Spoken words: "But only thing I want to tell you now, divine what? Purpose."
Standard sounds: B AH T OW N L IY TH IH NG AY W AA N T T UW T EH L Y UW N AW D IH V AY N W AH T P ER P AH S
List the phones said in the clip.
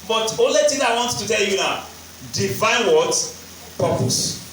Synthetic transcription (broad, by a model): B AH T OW L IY T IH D AY W AA N T T UW T EH L Y UW N AW D IH V AY N W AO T P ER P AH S